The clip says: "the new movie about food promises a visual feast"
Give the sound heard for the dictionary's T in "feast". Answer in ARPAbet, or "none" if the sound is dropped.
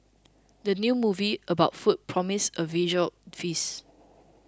none